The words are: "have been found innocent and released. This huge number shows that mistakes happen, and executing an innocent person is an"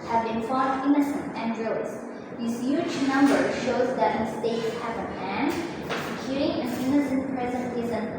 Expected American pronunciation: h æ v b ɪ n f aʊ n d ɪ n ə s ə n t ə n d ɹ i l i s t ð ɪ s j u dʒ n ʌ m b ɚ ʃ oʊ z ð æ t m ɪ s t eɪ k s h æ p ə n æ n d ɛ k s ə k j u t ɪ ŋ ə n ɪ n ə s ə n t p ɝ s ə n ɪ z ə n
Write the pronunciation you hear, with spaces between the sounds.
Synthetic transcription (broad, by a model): h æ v b ɪ n f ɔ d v ɪ n ə s ə n t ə n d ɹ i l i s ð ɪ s j u dʒ n ʌ m b ɚ ʃ oʊ z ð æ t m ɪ s t eɪ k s h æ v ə æ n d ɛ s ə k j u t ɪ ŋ ə n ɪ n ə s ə n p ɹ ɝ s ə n ɪ z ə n